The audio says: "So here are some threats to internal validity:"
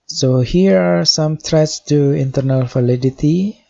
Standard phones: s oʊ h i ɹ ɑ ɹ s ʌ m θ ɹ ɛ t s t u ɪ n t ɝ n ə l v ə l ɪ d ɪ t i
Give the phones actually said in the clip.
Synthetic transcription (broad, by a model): s oʊ h i ɹ ɑ ɹ s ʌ m t ɹ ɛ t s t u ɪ n t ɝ n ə l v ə l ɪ d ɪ t i